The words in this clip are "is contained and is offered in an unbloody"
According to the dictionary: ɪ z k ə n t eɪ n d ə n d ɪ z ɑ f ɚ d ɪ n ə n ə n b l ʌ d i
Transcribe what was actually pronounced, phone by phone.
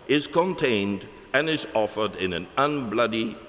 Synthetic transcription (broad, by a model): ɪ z k ə n t eɪ n d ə n ɪ z ɑ f ɚ d ɪ n ə n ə n b l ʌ d i